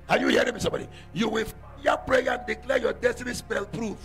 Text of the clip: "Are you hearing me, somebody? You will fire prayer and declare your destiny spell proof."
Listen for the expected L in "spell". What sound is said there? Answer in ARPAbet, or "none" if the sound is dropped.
L